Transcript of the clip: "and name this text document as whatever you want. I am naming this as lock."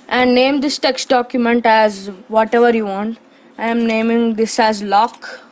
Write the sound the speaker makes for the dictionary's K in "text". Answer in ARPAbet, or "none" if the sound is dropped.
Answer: K